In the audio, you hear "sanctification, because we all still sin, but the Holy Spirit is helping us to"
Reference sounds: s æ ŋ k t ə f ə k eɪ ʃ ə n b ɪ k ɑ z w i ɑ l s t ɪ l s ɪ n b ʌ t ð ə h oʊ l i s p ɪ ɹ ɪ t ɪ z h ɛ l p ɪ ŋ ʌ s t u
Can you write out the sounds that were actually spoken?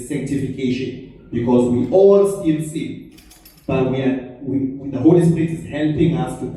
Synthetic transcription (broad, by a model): s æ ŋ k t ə f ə k eɪ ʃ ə n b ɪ k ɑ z w i ɑ l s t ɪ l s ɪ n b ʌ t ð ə h oʊ l i s p ɪ ɹ ɪ t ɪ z h ɛ l p ɪ ŋ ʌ s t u